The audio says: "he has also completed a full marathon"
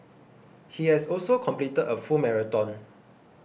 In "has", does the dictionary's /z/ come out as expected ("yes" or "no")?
no